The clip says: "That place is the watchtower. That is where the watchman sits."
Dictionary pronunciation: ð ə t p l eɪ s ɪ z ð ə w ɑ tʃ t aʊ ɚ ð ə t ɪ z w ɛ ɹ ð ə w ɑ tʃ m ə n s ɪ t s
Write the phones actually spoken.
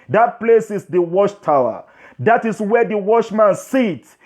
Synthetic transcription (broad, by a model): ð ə t p l eɪ s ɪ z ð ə w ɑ ʃ t aʊ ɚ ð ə t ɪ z w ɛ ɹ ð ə w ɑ ʃ m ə n s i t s